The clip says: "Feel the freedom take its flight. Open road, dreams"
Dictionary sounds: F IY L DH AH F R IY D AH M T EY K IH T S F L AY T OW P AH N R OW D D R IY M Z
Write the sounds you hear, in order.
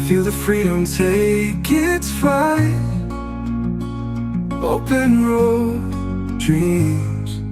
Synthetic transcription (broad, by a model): F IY L DH AH F R IY D AH M T EY K IH T S F AY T OW P AH N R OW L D R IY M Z